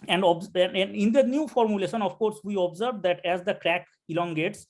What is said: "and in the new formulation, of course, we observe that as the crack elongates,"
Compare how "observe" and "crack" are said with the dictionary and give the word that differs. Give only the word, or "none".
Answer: none